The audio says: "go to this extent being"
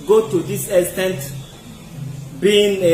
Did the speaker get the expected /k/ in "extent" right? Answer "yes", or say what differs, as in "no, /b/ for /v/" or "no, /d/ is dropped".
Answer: no, /k/ is dropped